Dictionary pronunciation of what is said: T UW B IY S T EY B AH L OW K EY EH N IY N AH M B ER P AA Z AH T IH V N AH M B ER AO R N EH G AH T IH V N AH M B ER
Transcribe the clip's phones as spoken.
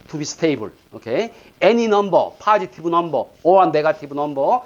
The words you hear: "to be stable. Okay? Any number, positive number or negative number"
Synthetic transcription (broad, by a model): T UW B IY S T EY B AH L OW K EY EH N IY N AH M B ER P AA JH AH T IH B N AH M B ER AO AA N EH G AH T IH B N AH M B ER